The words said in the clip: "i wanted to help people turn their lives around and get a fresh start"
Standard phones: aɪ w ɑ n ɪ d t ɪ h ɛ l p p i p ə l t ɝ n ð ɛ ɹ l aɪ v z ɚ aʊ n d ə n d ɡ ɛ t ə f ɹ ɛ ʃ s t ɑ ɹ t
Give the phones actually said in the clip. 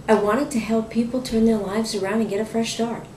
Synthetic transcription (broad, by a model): aɪ w ɑ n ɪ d t ɪ h ɛ l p p i p l t ɝ n ð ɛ ɹ l aɪ v z ɚ aʊ n d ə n ɡ ɛ t ə f ɹ ɛ ʃ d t ɑ ɹ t